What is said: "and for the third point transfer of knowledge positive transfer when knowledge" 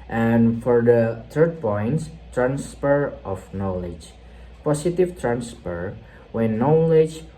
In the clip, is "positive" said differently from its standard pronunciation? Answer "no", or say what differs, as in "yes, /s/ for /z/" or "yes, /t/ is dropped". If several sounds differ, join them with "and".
yes, /s/ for /z/